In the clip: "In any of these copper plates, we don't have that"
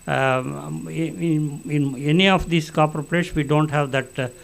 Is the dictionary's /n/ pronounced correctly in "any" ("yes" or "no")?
yes